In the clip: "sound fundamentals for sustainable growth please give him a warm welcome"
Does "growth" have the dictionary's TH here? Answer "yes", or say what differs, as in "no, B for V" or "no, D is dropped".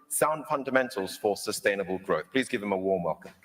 yes